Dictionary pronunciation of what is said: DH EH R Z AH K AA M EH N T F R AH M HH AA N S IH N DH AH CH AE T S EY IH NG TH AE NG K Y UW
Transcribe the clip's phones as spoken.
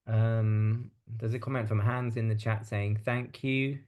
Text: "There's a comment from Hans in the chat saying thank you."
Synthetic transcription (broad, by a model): DH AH Z AH K AA M EH N T F R AH M HH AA N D IH N DH AH CH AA T S EY IH NG TH AE NG K Y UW